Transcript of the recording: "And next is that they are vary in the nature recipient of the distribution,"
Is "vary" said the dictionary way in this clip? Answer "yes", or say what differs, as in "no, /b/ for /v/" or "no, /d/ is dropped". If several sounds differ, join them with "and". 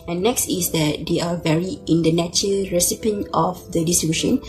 yes